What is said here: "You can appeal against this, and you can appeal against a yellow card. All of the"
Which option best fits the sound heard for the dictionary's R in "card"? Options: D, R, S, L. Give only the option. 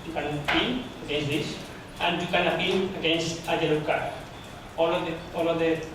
L